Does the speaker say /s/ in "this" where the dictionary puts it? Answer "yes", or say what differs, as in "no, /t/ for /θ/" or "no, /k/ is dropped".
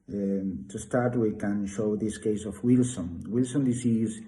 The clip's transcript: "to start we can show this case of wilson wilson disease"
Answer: yes